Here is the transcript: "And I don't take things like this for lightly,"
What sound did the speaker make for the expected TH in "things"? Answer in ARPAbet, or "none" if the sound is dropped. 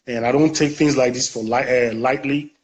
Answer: TH